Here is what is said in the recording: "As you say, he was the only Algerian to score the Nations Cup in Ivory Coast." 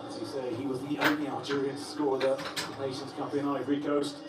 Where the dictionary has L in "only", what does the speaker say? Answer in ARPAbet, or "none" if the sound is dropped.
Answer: none